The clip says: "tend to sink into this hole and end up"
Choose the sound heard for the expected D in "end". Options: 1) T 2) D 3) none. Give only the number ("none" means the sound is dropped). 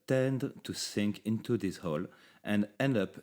2